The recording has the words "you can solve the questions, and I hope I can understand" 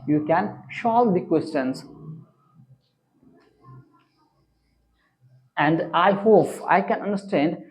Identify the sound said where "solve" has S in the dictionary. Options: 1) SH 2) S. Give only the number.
1